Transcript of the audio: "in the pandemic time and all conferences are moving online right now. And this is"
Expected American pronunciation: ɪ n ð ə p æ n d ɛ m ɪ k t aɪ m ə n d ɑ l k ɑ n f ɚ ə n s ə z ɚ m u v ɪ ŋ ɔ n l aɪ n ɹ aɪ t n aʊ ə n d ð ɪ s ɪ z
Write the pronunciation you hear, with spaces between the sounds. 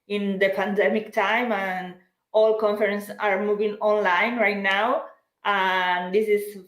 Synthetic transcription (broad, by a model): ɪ n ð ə p æ n d ɛ m ɪ k t aɪ m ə n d ɑ l k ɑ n f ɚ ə n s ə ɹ m u v ɪ ŋ ɔ n l aɪ n ɹ aɪ t n aʊ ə n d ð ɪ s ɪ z